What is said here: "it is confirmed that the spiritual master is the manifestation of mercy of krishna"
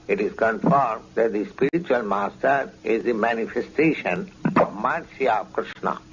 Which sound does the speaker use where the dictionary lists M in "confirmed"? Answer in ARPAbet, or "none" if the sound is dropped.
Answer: M